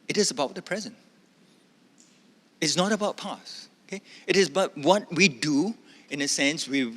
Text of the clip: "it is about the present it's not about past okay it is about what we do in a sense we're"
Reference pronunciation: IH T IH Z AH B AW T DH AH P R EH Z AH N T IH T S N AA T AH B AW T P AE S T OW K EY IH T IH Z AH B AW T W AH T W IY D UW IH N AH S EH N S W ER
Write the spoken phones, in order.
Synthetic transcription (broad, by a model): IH T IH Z AH B AW T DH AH P R EH Z AH N T IH T S N AA T AH B AW T P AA S OW K EY IH T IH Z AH B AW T W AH T W IY D UW IH N AH S EH N S W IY